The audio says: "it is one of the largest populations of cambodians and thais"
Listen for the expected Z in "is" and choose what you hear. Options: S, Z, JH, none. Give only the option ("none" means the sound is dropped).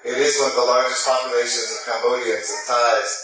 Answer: Z